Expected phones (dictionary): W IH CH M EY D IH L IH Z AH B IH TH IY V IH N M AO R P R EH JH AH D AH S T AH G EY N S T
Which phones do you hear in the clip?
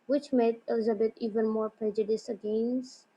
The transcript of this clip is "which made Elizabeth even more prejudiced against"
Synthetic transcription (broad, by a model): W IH CH M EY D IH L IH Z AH B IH T IY V IH N M AO R P R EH JH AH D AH S AH G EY N S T